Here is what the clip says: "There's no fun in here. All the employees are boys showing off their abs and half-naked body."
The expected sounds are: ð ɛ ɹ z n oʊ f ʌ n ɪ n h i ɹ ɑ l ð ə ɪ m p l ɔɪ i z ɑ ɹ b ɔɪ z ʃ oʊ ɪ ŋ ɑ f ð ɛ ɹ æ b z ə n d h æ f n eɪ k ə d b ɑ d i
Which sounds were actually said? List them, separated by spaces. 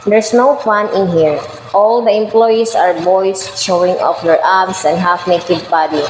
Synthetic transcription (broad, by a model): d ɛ ɹ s n oʊ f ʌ n ɪ n h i ɹ ɑ l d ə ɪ m p l ɔɪ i s ɑ ɹ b ɔɪ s ʃ oʊ ɪ ŋ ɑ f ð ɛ ɹ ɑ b s ə n d h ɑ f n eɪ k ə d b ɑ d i